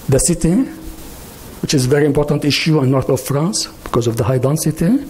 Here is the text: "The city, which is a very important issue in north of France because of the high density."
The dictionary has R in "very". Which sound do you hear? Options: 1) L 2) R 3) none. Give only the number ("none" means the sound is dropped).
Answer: 2